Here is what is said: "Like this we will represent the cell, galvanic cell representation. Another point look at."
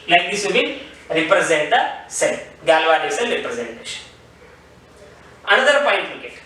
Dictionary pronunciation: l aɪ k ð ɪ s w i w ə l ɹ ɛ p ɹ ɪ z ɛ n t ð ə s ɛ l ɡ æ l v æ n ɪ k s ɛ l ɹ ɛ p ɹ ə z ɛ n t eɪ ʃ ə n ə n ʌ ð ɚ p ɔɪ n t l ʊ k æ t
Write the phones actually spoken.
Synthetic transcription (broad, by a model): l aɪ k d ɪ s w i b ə n ɹ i p ɹ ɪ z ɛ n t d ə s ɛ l ɡ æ l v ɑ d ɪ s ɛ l ɹ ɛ p ɹ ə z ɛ n t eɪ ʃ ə n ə n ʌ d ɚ p ɔɪ n t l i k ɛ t